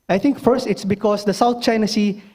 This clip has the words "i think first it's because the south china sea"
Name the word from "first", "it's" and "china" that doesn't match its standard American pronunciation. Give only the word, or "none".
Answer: none